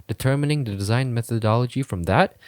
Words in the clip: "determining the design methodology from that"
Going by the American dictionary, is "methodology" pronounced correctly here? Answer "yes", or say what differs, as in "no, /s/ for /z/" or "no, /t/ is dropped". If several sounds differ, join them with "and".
yes